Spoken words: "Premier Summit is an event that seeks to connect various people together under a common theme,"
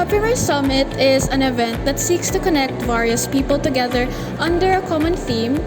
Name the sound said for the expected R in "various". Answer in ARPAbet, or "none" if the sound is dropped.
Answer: R